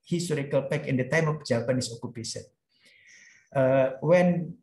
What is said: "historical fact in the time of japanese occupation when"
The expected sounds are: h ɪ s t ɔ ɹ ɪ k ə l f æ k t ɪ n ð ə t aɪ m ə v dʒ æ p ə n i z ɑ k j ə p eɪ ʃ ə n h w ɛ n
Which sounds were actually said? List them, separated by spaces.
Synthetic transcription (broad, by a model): h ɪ s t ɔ ɹ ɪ k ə l p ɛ k ɪ n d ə t aɪ m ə f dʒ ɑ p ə n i s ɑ k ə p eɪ s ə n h w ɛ n